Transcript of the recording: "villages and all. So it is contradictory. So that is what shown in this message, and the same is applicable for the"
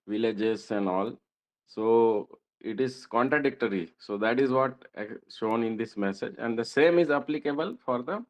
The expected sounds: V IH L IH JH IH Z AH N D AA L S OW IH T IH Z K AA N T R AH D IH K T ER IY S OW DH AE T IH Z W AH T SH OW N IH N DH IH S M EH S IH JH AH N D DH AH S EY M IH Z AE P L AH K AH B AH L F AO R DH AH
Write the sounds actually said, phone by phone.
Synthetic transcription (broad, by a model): V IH L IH JH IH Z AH N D AA L S OW IH T IH Z K AA N T R AH D IH K T ER IY S OW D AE T IH Z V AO T SH OW N IH N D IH S M EH S IH JH AH N D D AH S EY M IH Z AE P L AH K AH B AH L F AO R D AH